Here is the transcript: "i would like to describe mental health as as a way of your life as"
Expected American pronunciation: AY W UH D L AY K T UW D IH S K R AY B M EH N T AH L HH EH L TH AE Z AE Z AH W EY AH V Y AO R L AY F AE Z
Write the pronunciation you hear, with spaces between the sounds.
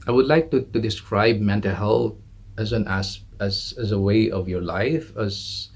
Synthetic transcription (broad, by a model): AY W UH D L AY K T UW D IH S K R AY B M EH N T AH L HH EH L S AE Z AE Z AH W EY AH V Y AO R L AY F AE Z